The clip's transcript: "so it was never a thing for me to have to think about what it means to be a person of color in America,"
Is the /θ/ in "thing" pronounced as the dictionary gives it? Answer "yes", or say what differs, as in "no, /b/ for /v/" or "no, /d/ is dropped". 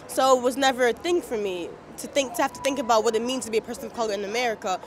yes